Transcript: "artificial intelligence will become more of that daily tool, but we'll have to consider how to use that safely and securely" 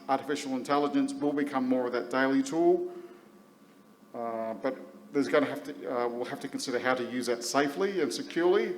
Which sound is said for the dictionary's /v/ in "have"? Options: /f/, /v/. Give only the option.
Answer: /f/